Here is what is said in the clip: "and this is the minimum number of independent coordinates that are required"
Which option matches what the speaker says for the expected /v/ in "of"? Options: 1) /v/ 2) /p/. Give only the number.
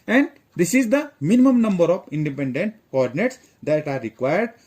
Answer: 2